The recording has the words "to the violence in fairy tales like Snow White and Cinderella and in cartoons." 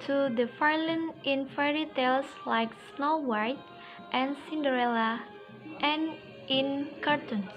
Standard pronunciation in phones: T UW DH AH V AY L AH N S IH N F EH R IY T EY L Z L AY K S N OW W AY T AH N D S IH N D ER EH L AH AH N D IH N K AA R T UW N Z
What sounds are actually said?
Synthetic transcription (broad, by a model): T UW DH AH F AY L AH N IH N F EH R IY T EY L S L AY K S N OW W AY T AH N S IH N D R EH L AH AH N IH N K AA R T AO N